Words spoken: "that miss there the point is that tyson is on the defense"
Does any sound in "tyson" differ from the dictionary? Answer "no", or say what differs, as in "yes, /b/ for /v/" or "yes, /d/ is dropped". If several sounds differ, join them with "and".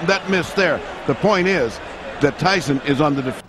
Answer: no